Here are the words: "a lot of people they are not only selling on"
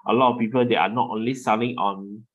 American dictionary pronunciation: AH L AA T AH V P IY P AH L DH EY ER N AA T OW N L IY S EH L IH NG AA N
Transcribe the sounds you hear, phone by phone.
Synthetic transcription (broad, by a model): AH L AA T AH F P IY P AH L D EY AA N AA T OW N L IY S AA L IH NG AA N